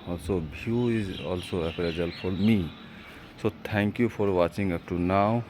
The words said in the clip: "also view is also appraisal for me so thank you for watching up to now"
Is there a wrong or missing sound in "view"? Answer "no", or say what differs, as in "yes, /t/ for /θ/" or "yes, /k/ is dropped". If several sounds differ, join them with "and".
yes, /b/ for /v/